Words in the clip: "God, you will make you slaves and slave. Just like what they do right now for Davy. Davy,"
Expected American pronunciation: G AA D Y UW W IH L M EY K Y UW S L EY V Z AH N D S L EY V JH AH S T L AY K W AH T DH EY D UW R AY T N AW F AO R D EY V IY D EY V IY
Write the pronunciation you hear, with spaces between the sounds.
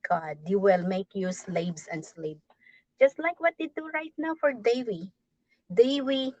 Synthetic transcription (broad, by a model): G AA D Y UW W IH L M EY K Y UW S L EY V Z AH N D S L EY P JH AH S T L AY K W AH T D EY D UW R AY T N AW F AO R D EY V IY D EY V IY